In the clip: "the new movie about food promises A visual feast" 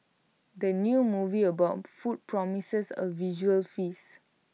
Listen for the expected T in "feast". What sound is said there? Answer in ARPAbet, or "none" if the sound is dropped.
none